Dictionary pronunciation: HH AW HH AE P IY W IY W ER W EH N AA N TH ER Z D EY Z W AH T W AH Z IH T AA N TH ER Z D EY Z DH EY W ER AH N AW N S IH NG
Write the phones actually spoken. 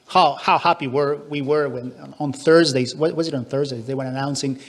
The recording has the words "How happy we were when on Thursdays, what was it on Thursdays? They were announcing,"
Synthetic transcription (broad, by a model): HH AW HH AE P IY W IY W ER W EH N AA N TH ER Z D EY Z W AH W AH Z IH T N TH ER Z D EY Z DH EY W ER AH N AW N S IH NG